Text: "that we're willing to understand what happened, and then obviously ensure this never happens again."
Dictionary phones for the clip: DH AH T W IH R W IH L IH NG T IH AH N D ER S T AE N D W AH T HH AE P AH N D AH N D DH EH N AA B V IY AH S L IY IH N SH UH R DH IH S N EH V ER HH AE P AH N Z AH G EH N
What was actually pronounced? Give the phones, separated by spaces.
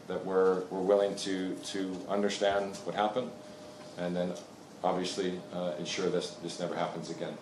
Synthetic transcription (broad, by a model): DH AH T W IH R W IH L IH NG T IH AH N D ER S T AE N D W AH T HH AE P AH N D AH N DH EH N AA B V IY AH S L IY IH N SH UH R DH IH S N EH V ER HH AE P AH N Z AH G EH N